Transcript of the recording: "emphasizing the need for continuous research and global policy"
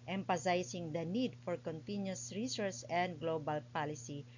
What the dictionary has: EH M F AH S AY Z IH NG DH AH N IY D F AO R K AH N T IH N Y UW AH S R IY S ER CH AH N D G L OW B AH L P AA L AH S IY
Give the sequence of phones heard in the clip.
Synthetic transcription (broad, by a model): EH M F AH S AY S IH NG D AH N IY D F AO R K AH N T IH N Y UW S R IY S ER S AH N D G L OW B AH L P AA L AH S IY